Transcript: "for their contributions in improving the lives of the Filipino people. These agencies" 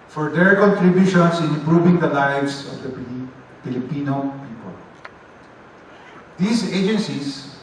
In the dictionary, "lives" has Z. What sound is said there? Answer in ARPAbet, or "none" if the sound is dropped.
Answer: S